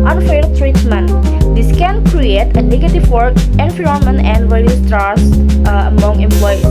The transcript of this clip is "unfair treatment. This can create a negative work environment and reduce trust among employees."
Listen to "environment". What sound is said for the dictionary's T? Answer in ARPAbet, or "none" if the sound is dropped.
none